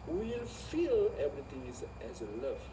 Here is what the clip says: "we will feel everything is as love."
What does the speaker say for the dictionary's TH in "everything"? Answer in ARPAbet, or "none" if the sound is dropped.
T